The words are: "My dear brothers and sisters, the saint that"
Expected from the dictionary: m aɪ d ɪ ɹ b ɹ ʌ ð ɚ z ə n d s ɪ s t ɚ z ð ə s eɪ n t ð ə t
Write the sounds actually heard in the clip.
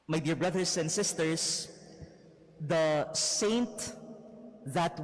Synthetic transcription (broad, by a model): m aɪ d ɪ ɹ b ɹ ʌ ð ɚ s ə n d s ɪ s t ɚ s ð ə s eɪ n t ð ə t